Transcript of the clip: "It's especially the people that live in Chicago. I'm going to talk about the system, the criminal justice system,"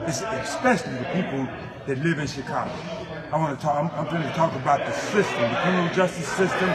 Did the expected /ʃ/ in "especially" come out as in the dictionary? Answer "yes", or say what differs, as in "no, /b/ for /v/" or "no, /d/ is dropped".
yes